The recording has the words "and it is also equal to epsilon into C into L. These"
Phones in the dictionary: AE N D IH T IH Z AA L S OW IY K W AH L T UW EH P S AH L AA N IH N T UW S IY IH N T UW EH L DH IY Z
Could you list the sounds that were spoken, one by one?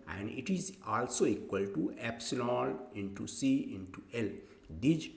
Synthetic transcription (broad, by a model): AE N D IH T IH Z AA L S OW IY K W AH L T UW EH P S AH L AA L IH N T UW S IY IH N T UW EH L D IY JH